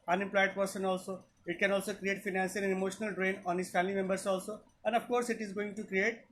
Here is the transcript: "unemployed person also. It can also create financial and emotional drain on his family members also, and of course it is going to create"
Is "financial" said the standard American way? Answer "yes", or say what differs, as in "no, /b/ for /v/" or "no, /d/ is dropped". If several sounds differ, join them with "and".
no, /s/ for /ʃ/